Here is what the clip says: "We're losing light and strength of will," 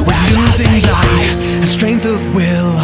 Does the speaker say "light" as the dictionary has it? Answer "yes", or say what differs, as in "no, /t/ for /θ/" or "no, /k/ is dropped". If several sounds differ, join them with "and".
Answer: no, /t/ is dropped